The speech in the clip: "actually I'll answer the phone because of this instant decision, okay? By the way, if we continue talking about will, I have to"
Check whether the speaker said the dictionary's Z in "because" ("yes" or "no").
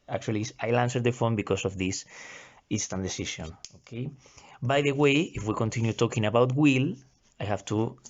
no